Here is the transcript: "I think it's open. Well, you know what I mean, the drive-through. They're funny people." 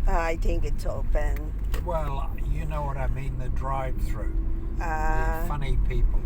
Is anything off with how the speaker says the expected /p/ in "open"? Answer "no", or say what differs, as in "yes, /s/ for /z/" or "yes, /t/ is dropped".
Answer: yes, /b/ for /p/